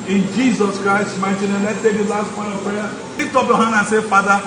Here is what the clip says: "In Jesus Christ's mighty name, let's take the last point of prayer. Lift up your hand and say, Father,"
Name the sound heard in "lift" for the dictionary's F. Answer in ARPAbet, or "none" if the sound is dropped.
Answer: none